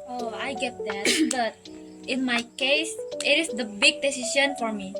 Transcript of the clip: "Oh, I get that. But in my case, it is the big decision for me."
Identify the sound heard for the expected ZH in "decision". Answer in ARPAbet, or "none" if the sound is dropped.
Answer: S